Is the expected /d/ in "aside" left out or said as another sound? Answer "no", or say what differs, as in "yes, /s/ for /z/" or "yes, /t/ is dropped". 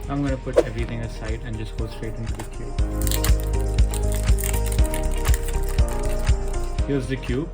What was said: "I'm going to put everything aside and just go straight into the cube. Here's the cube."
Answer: no